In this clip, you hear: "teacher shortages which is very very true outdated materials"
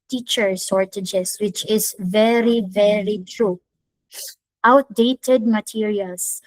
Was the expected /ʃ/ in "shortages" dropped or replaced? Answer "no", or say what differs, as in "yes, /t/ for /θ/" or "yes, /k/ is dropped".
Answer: yes, /s/ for /ʃ/